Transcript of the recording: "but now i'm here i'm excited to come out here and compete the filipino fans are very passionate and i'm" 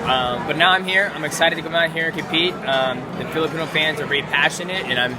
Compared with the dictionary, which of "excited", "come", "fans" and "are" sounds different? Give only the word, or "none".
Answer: none